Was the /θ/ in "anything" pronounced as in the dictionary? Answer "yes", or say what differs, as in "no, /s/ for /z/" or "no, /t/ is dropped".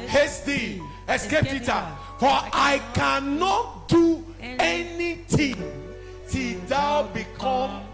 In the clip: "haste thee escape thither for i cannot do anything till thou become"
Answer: no, /t/ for /θ/